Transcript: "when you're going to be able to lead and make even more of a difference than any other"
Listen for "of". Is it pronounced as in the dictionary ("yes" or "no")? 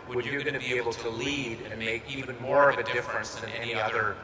yes